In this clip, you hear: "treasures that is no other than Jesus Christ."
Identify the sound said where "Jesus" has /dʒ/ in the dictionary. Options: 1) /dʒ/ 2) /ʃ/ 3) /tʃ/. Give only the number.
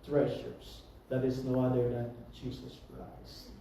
3